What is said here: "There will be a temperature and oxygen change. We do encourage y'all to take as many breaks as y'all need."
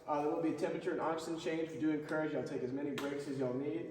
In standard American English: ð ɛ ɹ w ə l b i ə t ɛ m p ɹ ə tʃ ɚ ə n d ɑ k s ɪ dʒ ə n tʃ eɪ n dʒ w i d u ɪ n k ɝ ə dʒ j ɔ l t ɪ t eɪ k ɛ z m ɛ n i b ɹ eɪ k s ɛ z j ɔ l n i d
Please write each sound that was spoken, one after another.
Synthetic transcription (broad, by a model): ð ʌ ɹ w ə l b i ə t ɛ m p ɹ ə tʃ ɚ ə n ɑ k s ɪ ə n tʃ eɪ n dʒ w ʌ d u ɪ n k ɝ ə dʒ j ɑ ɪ t eɪ k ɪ z m ɛ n i b ɹ eɪ k s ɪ z j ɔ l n i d